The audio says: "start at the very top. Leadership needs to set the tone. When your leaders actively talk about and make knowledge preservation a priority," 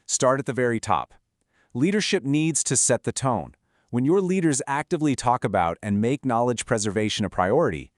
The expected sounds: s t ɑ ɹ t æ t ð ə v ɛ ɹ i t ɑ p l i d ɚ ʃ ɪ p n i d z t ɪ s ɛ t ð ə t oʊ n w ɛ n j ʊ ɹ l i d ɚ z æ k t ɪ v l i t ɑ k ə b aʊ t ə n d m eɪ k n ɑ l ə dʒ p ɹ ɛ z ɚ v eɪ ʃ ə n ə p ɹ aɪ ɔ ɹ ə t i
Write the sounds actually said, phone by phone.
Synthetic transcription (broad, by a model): s t ɑ ɹ t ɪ t ð ə v ɛ ɹ i t ɑ p l i d ɚ ʃ ɪ p n i d z t ɪ s ɛ t ð ə t oʊ n w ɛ n j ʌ ɹ l i d ɚ z æ k t ɪ v l i t ɑ k ə b aʊ t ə n m eɪ k n ɑ l ə dʒ p ɹ ɛ z ɚ v eɪ ʃ ə n ə p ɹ aɪ ɔ ɹ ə t i